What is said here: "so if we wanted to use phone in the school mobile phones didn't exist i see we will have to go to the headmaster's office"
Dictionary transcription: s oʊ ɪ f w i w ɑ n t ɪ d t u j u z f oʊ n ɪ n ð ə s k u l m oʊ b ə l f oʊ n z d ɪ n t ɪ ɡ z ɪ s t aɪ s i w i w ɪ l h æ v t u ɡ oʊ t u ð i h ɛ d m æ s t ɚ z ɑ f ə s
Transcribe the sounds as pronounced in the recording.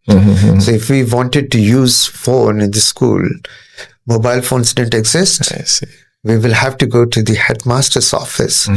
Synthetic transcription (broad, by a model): s oʊ ɪ f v i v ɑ n t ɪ d t u j u z f oʊ n ɪ n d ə s k u l m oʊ b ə l f oʊ n s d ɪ n t ɪ ɡ z ɪ s t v i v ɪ l h æ v t u ɡ oʊ t u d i h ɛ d m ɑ s t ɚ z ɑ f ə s